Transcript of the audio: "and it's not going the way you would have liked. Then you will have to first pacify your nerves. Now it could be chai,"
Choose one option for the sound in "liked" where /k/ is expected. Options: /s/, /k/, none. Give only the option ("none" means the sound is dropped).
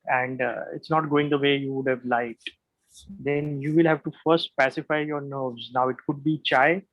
none